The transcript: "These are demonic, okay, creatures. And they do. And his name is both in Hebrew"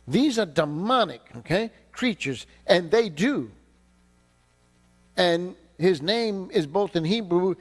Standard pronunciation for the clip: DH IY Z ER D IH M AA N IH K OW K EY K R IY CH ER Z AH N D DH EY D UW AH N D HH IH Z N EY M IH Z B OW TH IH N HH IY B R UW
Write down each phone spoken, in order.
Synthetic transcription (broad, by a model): DH IY Z ER D IH M AA N IH K OW K EY K R IY CH ER Z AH N DH EY D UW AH N HH IH Z N EY M IH Z B OW TH IH N HH IY B R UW